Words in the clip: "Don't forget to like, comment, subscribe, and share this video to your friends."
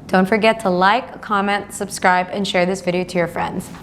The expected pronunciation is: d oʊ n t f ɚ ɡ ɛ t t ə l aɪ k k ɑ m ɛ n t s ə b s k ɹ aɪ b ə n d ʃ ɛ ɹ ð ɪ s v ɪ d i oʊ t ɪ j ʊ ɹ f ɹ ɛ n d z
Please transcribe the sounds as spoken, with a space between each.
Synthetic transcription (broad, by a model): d oʊ n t f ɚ ɡ ɛ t t ə l aɪ k k ɑ m ɛ n t s ə b s k ɹ aɪ b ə n ʃ ɛ ɹ ð ɪ s v ɪ d i oʊ t ɪ j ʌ ɹ f ɹ ɛ n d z